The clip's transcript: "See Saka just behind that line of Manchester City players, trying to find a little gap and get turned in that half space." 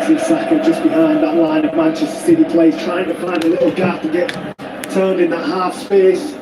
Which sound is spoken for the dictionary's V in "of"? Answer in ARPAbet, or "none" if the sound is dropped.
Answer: V